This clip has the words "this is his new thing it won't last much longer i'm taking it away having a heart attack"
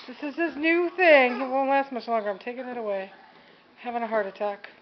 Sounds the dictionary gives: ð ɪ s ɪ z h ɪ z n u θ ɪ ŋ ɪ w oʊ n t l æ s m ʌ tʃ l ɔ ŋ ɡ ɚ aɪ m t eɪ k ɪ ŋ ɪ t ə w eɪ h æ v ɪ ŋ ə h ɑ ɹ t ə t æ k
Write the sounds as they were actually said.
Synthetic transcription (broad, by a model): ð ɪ s ɪ z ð ɪ s n u θ ɪ ŋ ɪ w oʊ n l æ s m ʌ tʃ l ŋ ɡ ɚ aɪ m t eɪ k ɪ ŋ ɪ t ə w eɪ h æ v ɪ ŋ ə h ɑ ɹ t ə t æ k